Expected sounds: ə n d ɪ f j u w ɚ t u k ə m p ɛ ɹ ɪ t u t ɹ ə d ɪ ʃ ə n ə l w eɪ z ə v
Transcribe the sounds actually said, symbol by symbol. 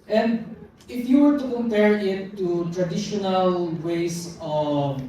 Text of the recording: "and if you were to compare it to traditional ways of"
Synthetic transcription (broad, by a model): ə n d ɪ f j u w ɚ t u k ə m p ɛ ɹ ɪ t u t ɹ ə d ɪ ʃ ə n ə l w eɪ s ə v